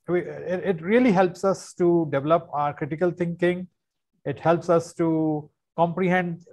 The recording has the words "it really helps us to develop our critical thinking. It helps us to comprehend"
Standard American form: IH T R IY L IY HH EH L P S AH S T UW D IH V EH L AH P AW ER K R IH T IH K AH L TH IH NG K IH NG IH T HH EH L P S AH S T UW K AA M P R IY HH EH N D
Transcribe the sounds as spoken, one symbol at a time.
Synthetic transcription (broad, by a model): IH T R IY L IY HH EH L P S AH S T UW D IH V EH L AH P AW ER K R IH T IH K AH L T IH NG K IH NG IH T HH EH L P S AH S T UW K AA M P R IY HH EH N D